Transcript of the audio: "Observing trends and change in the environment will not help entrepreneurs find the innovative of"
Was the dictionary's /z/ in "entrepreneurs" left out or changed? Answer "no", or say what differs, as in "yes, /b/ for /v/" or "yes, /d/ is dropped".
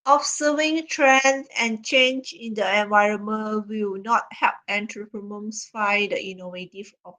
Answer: yes, /s/ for /z/